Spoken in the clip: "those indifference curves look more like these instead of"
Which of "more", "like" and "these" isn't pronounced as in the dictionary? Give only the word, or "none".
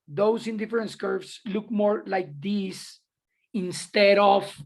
these